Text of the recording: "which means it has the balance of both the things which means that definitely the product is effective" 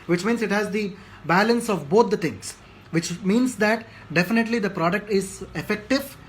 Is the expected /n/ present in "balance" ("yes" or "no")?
yes